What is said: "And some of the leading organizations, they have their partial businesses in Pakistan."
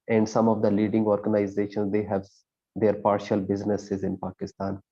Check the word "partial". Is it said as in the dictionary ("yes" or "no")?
yes